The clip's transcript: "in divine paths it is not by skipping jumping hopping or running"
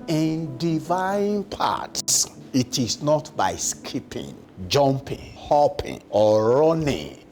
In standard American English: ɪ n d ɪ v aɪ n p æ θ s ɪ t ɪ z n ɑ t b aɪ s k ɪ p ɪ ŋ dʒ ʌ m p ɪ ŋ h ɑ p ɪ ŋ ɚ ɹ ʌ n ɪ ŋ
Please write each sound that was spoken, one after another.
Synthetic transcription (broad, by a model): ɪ n d ɪ v aɪ n p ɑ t ɪ t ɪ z n ɑ t b aɪ s k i p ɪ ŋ dʒ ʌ m p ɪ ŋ h ɑ p ɪ ŋ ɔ ɹ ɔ n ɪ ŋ